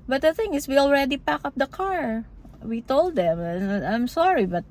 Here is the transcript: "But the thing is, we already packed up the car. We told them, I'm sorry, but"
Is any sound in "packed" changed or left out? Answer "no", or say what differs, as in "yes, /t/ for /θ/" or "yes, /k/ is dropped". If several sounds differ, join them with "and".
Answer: yes, /t/ is dropped